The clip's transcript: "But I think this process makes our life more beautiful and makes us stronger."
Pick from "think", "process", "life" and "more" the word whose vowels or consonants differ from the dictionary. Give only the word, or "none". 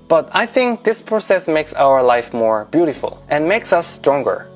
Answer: none